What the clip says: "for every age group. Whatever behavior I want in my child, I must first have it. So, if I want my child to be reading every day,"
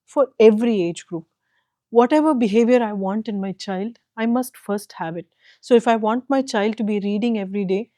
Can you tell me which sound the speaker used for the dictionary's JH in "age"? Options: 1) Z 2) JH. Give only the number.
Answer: 2